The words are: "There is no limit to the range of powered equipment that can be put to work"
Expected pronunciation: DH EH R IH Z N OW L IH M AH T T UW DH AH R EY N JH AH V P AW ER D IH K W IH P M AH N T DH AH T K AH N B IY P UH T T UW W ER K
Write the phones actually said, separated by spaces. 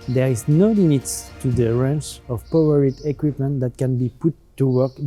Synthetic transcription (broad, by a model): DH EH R IH Z N OW L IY M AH T T UW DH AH R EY N CH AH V P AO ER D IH K W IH P M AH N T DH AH T K AH N B IY P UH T T UW W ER K